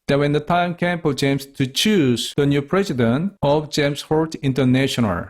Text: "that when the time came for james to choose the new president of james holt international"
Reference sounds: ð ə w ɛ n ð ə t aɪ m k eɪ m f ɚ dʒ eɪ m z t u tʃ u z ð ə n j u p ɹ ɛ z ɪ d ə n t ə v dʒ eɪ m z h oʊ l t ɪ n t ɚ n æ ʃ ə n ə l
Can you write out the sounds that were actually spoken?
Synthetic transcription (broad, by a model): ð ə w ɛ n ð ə t aɪ m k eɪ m p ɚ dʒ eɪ m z t u tʃ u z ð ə n j u p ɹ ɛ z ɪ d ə n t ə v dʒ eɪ m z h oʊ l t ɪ n t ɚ n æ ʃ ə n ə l